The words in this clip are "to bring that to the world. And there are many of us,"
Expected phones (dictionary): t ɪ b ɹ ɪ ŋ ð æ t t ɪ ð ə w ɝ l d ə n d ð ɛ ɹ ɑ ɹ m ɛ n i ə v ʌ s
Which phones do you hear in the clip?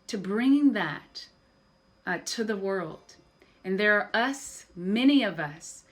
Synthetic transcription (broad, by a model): t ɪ b ɹ ɪ ŋ ð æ t t ɪ ð ə w ɝ l d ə n ð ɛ ɹ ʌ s m ɛ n i ə v ʌ s